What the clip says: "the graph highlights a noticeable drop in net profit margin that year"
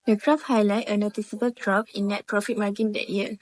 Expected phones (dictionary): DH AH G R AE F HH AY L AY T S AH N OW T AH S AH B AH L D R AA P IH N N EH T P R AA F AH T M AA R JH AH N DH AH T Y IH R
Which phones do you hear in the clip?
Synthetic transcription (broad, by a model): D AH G R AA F HH AY L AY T AH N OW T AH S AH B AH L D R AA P IH N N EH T P R AA F AH T M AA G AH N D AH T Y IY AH